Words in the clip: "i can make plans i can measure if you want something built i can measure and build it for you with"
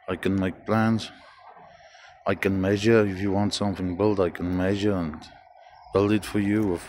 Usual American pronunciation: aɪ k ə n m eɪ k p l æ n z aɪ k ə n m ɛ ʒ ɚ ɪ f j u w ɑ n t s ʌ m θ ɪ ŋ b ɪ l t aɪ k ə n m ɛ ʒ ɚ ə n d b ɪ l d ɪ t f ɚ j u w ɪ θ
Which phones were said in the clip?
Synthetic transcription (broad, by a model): aɪ k ə n m eɪ k p l æ n z aɪ k ə n m ɛ ʒ ɚ ɪ f j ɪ w ɑ n t s ʌ m θ ɪ ŋ b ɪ l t aɪ k ə n m ɛ ʒ ɚ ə n b ɪ l d ɪ t f ɚ j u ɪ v